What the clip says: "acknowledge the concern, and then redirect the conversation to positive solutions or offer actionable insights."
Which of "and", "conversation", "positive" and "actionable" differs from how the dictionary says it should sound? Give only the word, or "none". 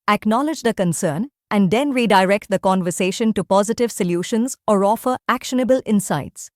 none